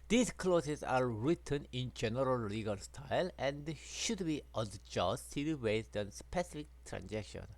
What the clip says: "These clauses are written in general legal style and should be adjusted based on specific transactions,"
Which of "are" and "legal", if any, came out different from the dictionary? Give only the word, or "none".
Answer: none